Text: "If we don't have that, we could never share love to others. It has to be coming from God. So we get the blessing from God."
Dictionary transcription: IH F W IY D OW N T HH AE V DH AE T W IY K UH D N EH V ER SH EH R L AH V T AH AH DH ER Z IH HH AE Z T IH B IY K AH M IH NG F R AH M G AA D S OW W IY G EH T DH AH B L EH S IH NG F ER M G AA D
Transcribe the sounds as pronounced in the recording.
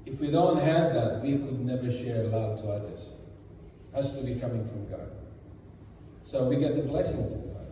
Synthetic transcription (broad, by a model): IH F W IY D OW N T HH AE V DH AE T W IY K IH D N EH V ER SH EH R L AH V T AH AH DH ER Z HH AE S T IH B IY K AH M IH NG F R AH M G AA D S OW W IY G EH T DH AH B L EH S IH NG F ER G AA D